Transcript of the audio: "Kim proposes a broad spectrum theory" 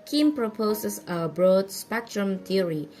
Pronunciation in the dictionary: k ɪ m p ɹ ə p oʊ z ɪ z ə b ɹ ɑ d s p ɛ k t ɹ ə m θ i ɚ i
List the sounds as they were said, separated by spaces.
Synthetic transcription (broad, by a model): k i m p ɹ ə p oʊ s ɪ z ə b ɹ ɑ d s p ɛ k t ɹ ə m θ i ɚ i